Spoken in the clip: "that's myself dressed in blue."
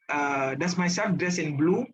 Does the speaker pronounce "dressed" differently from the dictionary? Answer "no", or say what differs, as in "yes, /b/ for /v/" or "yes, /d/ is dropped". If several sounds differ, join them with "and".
yes, /t/ is dropped